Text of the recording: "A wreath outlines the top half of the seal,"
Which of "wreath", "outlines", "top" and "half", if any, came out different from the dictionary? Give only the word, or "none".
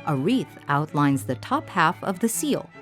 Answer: none